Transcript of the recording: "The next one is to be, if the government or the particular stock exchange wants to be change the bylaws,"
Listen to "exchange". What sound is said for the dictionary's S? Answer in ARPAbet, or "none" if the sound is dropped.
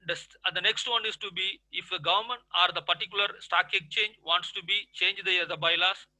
none